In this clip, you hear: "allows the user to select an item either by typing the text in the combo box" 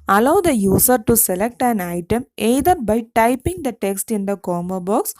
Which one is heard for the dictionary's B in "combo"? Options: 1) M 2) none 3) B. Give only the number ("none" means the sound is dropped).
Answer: 2